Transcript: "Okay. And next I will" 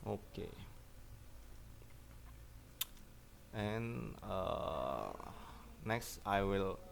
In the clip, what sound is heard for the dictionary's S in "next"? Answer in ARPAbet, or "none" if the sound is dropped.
S